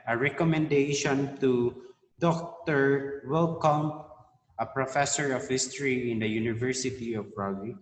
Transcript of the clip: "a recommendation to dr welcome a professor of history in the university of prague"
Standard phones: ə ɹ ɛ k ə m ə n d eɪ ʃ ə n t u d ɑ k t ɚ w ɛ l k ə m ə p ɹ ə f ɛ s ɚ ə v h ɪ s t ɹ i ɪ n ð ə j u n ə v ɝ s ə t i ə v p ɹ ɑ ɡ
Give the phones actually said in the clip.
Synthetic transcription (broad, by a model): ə ɹ ɛ k ə m ə n d eɪ ʃ ə n t u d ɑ k t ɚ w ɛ l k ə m ə p ɹ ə f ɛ s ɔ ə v h ɪ s t ɹ i ɪ n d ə j u n ə v ɝ s ə t i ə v ɹ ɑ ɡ